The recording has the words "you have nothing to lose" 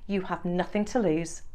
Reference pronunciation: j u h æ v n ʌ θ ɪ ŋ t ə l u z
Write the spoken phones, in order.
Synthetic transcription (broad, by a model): j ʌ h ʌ v n ʌ θ ɪ ŋ t ə l u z